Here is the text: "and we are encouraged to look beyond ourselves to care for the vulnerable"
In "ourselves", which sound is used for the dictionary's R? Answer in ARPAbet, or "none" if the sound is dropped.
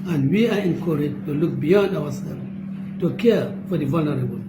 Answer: W